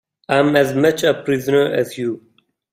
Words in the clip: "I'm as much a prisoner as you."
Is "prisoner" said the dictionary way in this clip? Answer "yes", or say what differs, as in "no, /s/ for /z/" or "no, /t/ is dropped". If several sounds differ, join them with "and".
yes